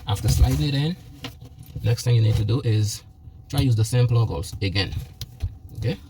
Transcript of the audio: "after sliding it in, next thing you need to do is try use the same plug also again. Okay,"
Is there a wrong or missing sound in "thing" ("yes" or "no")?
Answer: no